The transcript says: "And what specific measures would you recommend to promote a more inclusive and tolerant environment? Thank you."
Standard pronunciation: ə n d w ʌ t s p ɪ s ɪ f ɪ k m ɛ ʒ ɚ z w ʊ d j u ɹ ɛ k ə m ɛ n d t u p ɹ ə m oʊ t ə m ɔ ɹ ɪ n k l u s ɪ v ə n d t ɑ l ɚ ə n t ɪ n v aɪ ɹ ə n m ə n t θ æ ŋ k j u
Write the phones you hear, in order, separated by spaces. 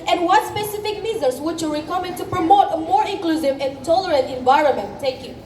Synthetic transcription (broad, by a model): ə n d w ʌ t s p ɪ s ɪ f ɪ k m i z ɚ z w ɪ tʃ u ɹ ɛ k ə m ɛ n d t u p ɹ ə m oʊ t ə m ɔ ɹ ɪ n k l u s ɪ v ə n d t ɑ l ɚ ə n t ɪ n v aɪ ɹ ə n m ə n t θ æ ŋ k j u